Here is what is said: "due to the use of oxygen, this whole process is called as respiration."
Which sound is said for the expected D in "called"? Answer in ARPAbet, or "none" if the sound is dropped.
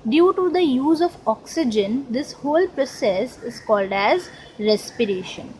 D